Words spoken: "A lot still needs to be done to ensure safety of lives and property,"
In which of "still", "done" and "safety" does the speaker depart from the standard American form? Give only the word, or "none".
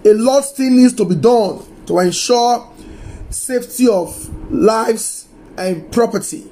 still